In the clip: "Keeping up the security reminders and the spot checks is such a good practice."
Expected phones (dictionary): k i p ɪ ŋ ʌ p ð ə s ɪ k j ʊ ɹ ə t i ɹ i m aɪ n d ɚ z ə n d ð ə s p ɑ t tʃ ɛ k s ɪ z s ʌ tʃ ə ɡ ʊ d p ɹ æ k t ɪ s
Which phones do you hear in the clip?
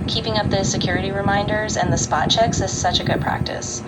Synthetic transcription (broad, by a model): k i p ɪ ŋ ʌ p ð ə s ɪ k j ʊ ɹ ə t i ɹ i m aɪ n d ɚ z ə n ð ə s p ɑ t tʃ ɛ k s ɪ z s ʌ tʃ ə ɡ ʊ d p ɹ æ k t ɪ s